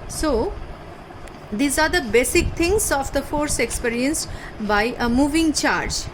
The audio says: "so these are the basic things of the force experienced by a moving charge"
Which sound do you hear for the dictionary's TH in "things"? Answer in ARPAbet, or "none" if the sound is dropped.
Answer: T